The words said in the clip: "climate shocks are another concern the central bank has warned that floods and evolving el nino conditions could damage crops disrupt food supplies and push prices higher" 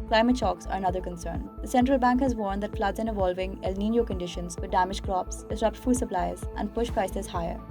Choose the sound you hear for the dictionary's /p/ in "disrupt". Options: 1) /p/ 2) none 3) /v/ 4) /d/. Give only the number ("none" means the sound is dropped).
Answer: 1